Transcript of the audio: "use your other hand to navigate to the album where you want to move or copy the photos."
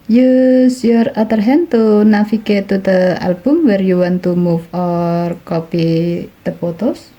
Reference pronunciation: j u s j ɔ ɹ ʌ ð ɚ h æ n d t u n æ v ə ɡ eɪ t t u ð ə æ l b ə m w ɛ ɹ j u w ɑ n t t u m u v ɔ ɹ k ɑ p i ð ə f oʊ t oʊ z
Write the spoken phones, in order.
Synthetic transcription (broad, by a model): j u s j ɔ ɹ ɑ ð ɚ h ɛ n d t u n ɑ f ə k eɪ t t u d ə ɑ l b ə m w ɛ ɹ j u w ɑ n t t u m u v ɔ ɹ k ɑ p i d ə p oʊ t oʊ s